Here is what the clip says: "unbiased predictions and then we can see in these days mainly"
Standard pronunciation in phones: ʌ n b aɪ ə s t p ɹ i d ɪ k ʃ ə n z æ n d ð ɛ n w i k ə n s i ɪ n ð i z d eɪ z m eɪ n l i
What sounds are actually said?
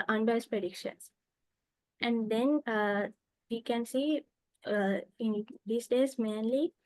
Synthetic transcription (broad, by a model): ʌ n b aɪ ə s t p ɹ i d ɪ k ʃ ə n s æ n d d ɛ n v i k ə n s i ɪ n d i s d eɪ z m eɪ n l i